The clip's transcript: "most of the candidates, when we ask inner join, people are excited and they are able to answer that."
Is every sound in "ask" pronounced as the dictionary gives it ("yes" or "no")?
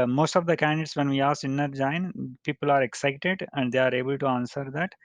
no